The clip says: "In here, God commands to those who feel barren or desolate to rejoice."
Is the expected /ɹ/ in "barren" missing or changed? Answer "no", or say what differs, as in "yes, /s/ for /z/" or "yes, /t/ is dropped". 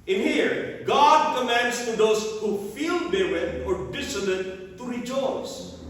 yes, /w/ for /ɹ/